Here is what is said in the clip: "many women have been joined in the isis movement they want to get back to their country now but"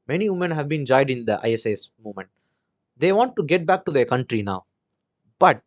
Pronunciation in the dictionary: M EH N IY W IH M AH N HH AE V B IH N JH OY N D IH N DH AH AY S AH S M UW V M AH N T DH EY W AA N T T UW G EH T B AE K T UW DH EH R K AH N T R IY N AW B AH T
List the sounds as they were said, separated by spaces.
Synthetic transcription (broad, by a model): M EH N IY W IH M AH N HH AE V B IH N JH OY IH D IH N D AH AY S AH S M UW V M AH N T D EY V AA N T T UW G EH T B AE K T UW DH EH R K AH N T R IY N AW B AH T